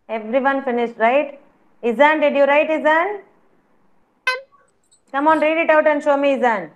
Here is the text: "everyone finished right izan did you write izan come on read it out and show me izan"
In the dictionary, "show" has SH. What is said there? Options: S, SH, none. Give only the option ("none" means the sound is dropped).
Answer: SH